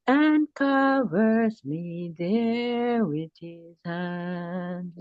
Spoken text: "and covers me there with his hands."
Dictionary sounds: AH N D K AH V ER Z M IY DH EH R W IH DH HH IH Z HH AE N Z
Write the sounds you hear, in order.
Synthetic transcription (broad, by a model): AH N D K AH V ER S M IY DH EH W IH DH HH IH Z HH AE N